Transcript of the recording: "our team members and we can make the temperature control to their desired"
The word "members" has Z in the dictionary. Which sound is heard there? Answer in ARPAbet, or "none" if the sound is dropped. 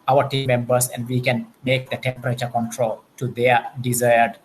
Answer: S